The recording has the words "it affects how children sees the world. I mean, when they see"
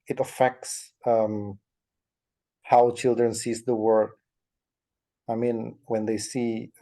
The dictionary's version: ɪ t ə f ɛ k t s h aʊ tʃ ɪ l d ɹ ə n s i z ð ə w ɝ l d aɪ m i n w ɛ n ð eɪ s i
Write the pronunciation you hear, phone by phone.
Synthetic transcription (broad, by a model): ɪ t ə f ɛ k t s h aʊ tʃ ɪ l d ɹ ə n s i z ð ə w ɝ d aɪ m i n w ɛ n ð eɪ s i